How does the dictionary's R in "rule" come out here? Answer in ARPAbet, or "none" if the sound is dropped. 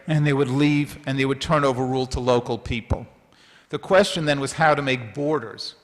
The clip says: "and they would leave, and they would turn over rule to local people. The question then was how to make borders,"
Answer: R